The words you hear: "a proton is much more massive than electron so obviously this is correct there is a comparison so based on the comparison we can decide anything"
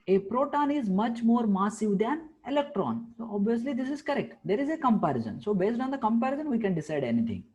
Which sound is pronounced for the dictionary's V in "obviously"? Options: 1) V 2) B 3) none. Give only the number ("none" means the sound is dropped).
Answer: 1